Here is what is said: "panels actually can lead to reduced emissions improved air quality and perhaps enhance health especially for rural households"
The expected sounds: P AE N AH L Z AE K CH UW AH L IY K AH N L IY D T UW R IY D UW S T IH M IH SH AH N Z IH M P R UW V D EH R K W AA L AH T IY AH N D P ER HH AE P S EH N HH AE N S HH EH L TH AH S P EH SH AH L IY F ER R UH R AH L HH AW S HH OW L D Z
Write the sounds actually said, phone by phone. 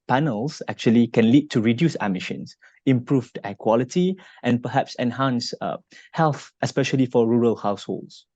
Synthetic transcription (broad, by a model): P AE N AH L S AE K CH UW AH L IY K AH N L IY D T UW R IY D UW S IH M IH SH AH N S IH M P R UW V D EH K W AA L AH T IY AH N P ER HH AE P S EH N HH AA N S HH EH L TH AH S P EH SH AH L IY F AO R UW R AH L HH AW S HH OW L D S